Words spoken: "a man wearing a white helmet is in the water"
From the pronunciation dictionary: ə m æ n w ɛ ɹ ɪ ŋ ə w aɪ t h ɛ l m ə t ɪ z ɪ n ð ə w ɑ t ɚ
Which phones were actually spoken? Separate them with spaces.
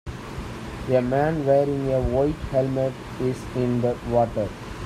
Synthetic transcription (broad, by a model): ə m æ n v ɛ ɹ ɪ ŋ ə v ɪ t h ɛ l m ə t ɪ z ɪ n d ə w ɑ t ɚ